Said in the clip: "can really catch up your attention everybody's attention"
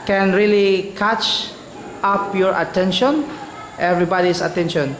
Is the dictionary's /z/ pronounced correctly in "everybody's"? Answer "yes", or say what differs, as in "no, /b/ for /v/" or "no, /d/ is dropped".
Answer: no, /s/ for /z/